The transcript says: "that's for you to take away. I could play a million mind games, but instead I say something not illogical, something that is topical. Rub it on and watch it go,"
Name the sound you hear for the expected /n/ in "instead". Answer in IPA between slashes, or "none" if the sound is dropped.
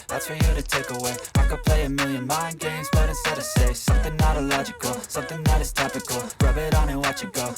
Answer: none